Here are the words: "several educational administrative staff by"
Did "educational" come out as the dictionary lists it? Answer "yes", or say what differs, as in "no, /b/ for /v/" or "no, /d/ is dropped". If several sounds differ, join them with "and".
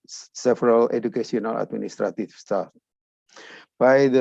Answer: no, /s/ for /ʃ/